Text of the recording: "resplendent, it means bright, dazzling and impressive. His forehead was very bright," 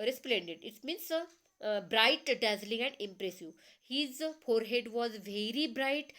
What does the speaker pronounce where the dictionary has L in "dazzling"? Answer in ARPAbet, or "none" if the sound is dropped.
L